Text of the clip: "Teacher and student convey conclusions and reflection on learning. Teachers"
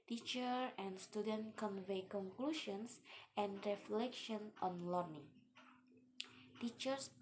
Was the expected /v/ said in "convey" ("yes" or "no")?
yes